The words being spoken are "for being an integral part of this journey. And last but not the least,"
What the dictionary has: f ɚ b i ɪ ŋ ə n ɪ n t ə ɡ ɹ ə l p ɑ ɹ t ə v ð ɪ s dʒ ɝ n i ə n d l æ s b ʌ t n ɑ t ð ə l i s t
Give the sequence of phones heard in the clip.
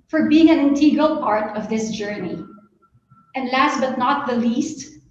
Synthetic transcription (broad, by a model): f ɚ b i ɪ ŋ ə n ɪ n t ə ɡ ə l p ɑ ɹ t ə v ð ɪ s dʒ ɝ n i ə n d l æ s b ʌ t n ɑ t ð ə l i s t